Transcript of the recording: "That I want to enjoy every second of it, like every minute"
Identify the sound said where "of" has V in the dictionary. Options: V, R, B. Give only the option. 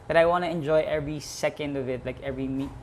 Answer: V